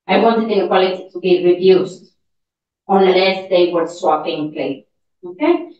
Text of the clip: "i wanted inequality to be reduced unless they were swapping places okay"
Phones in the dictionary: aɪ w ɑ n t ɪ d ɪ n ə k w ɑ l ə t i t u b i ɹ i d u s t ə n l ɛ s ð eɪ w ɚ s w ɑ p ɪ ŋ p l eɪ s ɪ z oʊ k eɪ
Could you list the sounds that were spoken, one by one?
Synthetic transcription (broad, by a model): aɪ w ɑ n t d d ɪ ə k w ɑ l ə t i t u b i ɹ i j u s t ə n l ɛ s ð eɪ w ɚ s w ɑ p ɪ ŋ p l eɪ ɪ oʊ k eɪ